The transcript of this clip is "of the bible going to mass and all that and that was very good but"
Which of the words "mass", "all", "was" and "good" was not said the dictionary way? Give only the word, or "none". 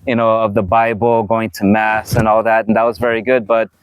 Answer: none